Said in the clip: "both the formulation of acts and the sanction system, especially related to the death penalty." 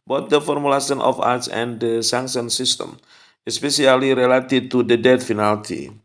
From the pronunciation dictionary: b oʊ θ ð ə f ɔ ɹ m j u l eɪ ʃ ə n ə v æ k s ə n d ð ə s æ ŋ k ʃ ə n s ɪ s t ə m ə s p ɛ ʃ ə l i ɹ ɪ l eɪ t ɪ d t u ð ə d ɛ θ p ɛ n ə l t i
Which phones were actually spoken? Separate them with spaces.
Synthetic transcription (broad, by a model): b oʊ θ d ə f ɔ ɹ m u l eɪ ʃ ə n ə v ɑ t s ə n d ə s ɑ ŋ k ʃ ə n s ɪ s t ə m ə s p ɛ s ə l i ɹ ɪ l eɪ t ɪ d t u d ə d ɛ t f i n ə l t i